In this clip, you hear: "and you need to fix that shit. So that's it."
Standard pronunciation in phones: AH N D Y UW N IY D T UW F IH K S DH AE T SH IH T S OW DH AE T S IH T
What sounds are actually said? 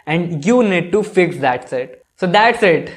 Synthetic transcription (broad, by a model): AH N D Y UW N IY D T UW F IH K S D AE T S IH T S OW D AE T S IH T